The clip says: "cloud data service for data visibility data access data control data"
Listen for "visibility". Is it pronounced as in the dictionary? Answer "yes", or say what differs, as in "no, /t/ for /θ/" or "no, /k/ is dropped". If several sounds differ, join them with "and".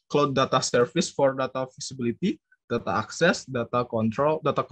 no, /f/ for /v/ and /s/ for /z/